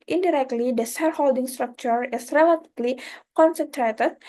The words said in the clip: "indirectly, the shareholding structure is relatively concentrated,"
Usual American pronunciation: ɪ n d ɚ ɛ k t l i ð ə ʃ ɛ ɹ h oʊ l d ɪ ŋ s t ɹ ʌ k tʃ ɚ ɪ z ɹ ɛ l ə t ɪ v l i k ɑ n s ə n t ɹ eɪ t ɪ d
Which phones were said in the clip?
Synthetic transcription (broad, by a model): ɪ n d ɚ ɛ k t l i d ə s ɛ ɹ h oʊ l d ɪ ŋ s t ɹ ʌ k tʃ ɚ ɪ s ɹ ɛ l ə t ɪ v l i k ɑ n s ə n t ɹ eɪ t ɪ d